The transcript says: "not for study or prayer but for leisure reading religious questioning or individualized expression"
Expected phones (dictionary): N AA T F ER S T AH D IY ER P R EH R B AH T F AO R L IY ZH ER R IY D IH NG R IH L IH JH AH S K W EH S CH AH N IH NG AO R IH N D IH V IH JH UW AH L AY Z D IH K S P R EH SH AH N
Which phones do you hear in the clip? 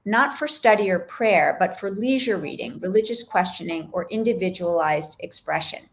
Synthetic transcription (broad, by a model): N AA T F ER S T AH D IY ER P R EH R B AH T F AO R L IY ZH ER R IY D IH NG R IH L IH JH AH S K W EH S CH AH N IH NG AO R IH N D IH V IH JH UW AH L AY Z D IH K S P R EH SH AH N